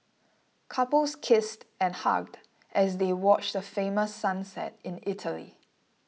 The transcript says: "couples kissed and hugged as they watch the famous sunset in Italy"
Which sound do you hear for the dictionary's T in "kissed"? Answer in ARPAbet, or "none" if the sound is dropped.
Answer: T